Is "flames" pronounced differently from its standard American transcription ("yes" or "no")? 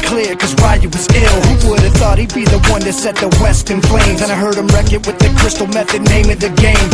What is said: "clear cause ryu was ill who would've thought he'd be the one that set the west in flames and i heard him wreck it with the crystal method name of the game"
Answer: yes